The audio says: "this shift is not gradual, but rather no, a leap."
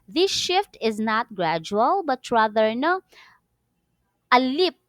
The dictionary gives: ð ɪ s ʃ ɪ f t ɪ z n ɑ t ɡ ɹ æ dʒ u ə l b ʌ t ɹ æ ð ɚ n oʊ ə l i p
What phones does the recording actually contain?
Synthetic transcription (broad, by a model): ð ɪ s ʃ ɪ f t ɪ z n ɑ t ɡ ɹ æ dʒ u ə l b ʌ t ɹ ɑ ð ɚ n oʊ ə l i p